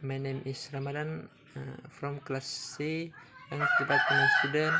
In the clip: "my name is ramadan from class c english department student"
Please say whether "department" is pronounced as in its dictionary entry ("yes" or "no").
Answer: no